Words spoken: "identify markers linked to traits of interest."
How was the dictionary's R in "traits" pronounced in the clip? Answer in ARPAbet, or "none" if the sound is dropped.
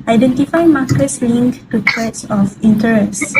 none